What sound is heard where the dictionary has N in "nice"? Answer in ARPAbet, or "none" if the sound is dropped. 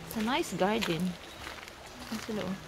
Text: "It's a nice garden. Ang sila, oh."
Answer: N